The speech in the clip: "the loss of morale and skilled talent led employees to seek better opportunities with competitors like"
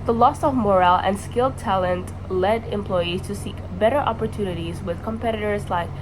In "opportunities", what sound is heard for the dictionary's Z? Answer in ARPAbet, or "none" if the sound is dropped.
Z